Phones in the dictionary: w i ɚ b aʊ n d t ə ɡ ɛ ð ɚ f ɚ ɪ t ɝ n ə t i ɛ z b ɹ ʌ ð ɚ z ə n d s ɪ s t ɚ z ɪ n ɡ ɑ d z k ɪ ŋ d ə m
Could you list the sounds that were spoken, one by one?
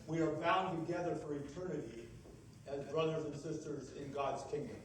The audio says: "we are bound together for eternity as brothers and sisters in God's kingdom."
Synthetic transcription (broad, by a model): w i ɚ b aʊ n t ə ɡ ɛ ð ɚ f ɚ ɪ t ɝ n ə t i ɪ z b ɹ ʌ ð ɚ z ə n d s ɪ s t ɚ z ɪ n ɡ ɑ d z k ɪ ŋ d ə m